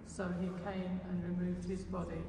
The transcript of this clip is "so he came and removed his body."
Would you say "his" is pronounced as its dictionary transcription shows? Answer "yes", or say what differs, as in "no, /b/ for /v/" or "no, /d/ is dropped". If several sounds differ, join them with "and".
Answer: yes